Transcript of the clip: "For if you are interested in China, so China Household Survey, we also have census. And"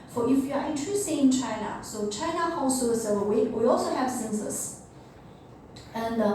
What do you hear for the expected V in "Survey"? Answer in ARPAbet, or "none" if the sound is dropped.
W